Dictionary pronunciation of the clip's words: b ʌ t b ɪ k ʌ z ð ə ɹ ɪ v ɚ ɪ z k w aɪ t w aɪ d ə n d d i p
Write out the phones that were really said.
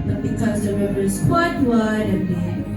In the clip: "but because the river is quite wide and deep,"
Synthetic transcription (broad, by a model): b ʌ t b ɪ k ʌ z ð ə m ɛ b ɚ ɪ z k w aɪ t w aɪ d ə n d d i